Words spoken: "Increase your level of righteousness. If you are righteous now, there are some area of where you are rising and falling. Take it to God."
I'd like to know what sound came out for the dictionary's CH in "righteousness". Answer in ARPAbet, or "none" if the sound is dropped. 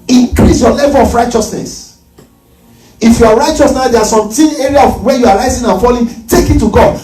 CH